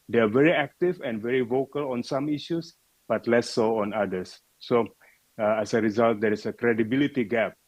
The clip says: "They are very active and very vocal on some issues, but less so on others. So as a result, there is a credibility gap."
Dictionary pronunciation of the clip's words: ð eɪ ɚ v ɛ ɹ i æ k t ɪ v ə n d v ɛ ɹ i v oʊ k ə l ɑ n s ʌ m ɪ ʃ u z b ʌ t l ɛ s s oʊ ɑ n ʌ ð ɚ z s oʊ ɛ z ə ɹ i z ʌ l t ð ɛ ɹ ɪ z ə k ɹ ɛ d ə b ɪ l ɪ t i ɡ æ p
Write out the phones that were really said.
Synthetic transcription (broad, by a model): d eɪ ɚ v ɛ ɹ i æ k t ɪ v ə n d v ɛ ɹ i v oʊ k ə l ɑ n s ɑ m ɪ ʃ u s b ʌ t l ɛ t s oʊ ɑ n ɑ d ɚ s oʊ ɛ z ə ɹ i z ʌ l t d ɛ ɹ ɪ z ə k ɹ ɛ d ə b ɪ l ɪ t i ɡ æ p